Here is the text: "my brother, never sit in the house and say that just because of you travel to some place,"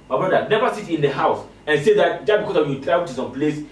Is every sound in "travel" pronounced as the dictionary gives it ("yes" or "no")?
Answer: no